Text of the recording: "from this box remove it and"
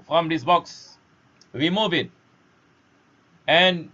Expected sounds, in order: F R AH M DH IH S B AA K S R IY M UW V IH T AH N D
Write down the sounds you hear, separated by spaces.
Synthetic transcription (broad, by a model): F R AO M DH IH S B AA K S W IY M UW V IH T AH N